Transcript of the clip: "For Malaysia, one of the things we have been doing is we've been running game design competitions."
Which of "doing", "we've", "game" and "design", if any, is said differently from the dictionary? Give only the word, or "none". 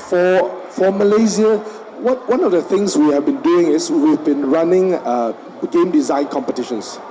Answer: none